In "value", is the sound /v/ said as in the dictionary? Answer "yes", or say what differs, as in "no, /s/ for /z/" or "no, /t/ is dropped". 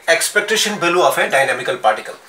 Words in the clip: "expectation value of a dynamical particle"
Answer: no, /b/ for /v/